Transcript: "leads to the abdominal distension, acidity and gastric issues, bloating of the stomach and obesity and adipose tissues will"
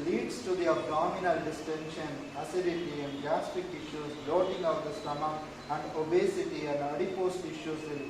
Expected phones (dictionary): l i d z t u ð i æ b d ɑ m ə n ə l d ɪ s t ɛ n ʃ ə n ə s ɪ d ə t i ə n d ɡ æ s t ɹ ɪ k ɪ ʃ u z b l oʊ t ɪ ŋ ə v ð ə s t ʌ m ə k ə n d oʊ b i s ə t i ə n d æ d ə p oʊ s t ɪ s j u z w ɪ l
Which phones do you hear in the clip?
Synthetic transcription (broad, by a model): l i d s t u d i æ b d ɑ m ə n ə l d ɪ s t ɛ n ʃ ə n ə s ɪ d ə t i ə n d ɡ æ s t ɪ k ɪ ʃ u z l oʊ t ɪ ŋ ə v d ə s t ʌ m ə ə n d oʊ b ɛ s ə t i ə n d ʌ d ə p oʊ s t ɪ ʃ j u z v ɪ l